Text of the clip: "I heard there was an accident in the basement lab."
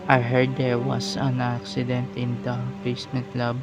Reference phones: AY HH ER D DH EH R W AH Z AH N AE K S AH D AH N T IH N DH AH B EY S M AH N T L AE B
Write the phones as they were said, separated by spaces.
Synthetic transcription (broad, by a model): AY HH ER D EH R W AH S AH N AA K S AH D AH N T IH N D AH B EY S M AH N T L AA B